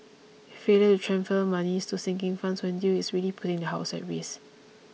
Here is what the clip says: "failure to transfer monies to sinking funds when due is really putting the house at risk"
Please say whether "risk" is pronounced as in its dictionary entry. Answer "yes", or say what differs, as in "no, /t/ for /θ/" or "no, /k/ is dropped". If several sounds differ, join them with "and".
no, /k/ is dropped